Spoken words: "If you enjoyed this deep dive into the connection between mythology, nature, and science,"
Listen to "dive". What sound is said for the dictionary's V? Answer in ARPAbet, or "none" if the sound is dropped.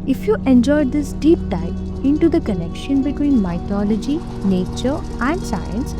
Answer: P